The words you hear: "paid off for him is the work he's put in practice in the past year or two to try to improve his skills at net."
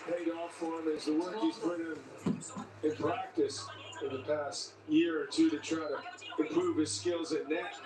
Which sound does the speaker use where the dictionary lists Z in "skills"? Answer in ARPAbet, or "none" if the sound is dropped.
Z